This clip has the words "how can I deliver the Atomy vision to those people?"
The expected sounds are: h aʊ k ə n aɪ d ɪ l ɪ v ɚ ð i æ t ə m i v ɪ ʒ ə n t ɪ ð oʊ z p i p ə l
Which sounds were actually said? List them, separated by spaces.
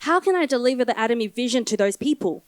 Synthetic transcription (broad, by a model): h aʊ k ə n aɪ d ɪ l ɪ v ɚ ð i æ t ə m i v ɪ ʒ ə n t ɪ ð oʊ z p i p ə l